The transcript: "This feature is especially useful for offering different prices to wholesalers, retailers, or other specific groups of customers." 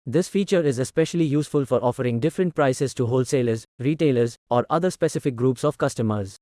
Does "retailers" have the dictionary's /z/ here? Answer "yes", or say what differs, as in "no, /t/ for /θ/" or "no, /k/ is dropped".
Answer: yes